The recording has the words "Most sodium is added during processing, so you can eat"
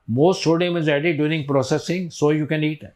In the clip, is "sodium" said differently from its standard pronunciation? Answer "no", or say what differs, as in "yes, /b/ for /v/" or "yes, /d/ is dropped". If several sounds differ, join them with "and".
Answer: yes, /ʃ/ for /s/